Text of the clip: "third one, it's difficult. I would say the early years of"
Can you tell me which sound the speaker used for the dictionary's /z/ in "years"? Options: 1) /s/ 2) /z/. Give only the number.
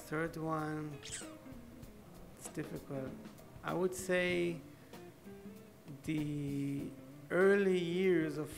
2